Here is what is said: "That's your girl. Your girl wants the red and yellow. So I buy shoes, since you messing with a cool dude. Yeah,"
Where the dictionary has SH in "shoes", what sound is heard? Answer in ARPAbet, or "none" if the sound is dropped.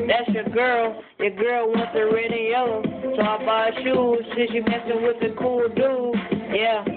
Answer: SH